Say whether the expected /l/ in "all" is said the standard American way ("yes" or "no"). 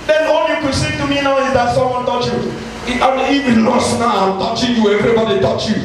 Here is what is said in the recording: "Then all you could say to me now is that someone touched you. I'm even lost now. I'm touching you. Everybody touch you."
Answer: no